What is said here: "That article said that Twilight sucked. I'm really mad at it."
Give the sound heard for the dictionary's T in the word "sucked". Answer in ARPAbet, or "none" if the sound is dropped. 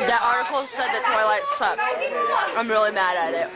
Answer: none